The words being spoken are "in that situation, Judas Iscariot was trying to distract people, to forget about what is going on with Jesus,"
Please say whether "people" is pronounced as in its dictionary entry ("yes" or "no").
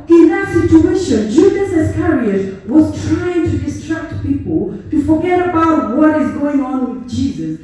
yes